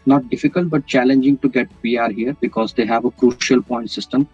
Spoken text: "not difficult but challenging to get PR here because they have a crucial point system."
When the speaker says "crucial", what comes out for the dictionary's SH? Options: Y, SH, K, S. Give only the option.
SH